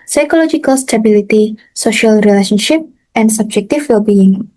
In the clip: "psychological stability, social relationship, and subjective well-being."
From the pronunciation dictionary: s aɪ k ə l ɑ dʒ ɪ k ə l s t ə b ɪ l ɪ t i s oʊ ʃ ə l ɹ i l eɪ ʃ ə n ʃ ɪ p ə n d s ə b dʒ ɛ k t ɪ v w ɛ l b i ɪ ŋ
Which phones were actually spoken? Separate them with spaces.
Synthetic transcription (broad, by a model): s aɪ k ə l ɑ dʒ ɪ k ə l s t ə b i l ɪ t i s oʊ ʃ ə l ɹ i l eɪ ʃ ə n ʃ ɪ p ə n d s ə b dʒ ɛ k t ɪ f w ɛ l b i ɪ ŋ